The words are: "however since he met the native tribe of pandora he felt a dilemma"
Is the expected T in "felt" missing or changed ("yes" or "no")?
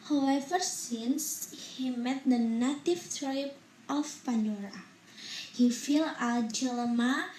yes